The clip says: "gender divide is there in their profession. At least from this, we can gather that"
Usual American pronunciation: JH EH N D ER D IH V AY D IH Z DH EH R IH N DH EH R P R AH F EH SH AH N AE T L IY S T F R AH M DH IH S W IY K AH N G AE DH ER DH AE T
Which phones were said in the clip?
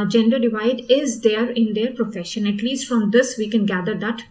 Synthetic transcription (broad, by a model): JH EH N D ER D IH V AY D IH Z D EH R IH N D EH R P R AH F EH SH AH N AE T L IY S T F R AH M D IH S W IY K AH N G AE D ER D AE T